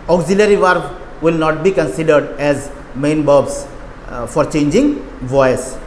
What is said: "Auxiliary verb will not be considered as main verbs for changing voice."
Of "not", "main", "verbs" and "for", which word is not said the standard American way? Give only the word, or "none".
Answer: verbs